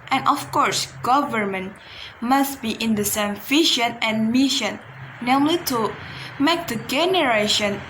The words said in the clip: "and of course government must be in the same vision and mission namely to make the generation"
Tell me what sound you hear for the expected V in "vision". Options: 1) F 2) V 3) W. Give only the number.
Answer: 1